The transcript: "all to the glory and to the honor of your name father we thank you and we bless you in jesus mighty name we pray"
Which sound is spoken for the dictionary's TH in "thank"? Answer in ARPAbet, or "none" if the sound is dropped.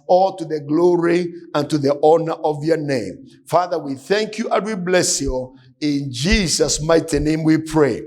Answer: TH